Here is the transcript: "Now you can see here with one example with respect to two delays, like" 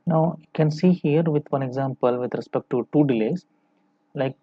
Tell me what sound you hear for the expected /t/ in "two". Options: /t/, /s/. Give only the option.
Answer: /t/